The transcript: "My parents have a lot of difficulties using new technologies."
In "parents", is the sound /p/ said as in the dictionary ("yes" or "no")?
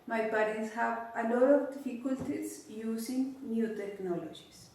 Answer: no